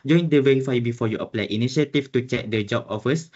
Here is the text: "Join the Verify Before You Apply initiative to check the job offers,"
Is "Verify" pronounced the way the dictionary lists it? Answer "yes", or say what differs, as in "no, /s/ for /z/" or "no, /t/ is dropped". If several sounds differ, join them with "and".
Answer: no, /w/ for /v/